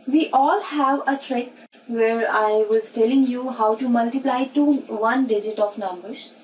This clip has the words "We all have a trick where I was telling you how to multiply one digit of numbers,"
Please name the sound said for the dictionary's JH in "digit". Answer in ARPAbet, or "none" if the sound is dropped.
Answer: JH